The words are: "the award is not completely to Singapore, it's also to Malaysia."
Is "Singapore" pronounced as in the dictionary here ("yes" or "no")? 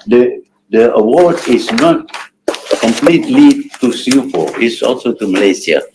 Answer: no